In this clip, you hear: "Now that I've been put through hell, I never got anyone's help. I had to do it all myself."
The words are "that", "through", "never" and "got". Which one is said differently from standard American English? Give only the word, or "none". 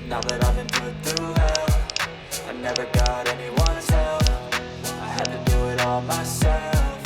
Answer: through